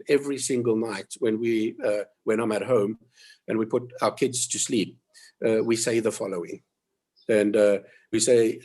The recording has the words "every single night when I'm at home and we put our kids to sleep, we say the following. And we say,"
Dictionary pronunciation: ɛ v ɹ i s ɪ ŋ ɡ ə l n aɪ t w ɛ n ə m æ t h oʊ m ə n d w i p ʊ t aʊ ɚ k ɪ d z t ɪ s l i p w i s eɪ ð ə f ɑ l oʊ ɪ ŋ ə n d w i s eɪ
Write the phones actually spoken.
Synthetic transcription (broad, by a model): ɛ v ɹ i s ɪ ŋ ɡ ə l n aɪ t w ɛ n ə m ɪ t h oʊ m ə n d w i p ʊ t aʊ ɚ k ɪ d z t ɪ s l i p w i s eɪ ð ə f ɑ l oʊ ɪ ŋ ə n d w i s eɪ